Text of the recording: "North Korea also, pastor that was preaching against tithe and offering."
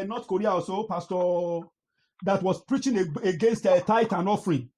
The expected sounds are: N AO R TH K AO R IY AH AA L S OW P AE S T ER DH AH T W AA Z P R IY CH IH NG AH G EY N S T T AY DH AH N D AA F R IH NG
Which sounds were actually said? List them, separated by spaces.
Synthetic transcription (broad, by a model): N AO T K AO R IY AH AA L S OW P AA S T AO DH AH T W AA S P R IY CH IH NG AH G EY N S T T AY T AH N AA F R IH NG